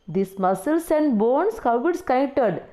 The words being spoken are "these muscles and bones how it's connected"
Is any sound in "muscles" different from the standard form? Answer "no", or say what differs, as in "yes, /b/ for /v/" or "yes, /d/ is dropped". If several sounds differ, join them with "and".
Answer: yes, /s/ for /z/